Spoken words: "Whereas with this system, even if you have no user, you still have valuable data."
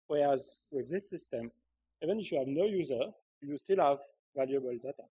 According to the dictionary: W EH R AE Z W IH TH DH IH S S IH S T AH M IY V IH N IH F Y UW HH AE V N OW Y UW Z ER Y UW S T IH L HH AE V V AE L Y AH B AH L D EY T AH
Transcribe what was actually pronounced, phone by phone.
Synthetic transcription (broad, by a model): W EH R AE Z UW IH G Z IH S S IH S T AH M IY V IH N IH F Y UW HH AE V N OW Y UW Z ER Y UW S T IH L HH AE V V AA L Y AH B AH L D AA T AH